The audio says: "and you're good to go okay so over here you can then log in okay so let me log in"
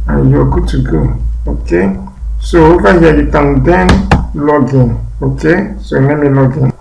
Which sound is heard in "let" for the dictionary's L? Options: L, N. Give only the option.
N